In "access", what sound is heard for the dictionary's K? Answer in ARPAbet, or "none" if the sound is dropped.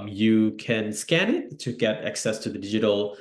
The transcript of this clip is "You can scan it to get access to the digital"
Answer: K